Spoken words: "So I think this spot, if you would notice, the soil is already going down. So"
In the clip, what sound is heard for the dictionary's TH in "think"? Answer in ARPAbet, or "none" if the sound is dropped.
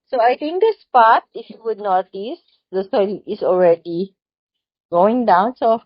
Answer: T